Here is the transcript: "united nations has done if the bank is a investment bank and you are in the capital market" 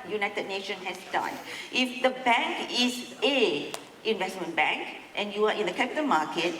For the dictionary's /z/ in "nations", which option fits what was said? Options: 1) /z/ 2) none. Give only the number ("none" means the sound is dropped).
2